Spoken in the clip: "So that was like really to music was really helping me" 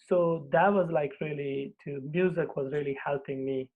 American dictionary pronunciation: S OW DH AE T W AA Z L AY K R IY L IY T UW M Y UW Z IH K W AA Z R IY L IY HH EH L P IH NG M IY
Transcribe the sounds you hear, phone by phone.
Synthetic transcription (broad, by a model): S OW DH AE T W AA Z L AY K R IY L IY T UW M Y UW Z IH K W AA Z R IY L IY HH EH L P IH NG M IY